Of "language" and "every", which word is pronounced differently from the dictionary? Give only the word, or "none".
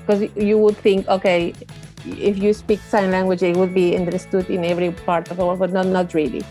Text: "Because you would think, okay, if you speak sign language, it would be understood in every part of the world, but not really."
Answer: none